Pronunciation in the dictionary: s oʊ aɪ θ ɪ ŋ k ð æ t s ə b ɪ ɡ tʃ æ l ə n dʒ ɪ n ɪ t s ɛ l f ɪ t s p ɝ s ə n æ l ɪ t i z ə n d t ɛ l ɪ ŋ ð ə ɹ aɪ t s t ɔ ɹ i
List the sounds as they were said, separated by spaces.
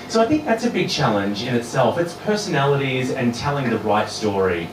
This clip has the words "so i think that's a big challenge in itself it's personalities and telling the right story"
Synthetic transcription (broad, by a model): s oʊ aɪ θ ɪ ŋ k ð æ t s ə b ɪ ɡ tʃ æ l ə n dʒ ɪ n ɪ t s ɛ l f ɪ t s p ɝ s ə n æ l ɪ t i z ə n t ɛ l ɪ ŋ ð ə ɹ aɪ t s t ɔ ɹ i